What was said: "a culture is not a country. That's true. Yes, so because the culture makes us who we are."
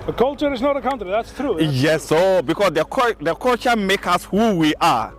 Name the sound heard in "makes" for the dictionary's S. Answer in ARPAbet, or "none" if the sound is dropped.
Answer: none